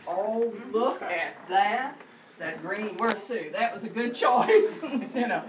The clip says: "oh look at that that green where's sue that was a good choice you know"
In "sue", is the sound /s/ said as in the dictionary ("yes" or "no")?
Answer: yes